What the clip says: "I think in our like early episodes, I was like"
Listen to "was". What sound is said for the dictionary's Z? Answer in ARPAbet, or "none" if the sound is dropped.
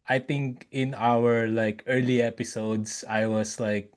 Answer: S